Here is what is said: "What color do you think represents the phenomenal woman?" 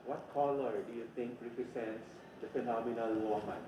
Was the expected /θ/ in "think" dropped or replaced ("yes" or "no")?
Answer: yes